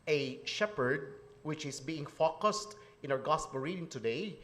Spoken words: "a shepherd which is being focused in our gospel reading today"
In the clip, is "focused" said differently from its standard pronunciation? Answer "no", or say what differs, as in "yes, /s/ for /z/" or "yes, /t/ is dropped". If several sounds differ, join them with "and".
no